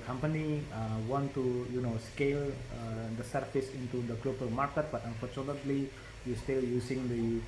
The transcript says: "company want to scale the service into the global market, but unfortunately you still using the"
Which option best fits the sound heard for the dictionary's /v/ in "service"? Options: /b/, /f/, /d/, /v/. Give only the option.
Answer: /f/